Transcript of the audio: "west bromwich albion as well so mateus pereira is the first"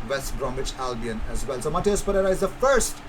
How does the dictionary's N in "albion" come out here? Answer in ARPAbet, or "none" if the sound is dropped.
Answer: N